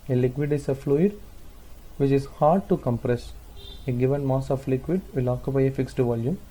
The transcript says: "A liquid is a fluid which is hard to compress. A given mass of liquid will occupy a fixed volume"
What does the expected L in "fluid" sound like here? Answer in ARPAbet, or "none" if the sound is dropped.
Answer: L